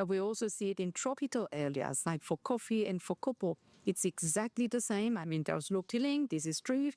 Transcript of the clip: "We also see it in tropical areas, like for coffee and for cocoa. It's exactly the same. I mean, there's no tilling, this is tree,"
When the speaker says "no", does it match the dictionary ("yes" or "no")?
no